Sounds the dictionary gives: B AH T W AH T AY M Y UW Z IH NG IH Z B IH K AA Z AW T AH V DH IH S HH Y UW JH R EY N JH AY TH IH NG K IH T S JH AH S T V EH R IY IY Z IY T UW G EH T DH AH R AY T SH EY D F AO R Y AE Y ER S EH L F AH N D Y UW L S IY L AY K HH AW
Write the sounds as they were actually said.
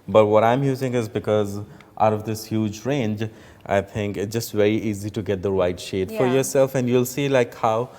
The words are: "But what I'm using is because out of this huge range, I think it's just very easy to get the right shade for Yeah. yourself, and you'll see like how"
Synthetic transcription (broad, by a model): B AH T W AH T AY M Y UW Z IH NG IH Z B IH K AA Z AW T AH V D IH S HH Y UW JH R EY N JH AY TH IH NG K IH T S JH AH S T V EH R IY IY Z IY T UW G EH T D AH W AY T SH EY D F AO R Y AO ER S EH L F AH N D Y UW L S IY L AY K HH AW